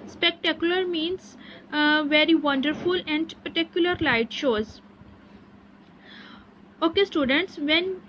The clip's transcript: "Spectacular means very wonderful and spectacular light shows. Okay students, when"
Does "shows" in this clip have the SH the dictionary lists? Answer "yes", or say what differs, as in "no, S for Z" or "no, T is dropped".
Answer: yes